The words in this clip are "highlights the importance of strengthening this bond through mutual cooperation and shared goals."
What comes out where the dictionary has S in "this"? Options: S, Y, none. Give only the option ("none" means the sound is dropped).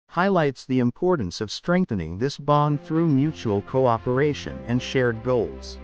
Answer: S